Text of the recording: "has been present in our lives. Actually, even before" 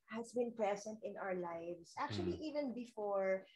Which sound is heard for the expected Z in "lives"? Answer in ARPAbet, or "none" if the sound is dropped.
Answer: S